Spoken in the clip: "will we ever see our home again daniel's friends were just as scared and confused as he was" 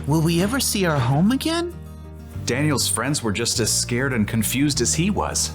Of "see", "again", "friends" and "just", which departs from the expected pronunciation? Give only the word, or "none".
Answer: none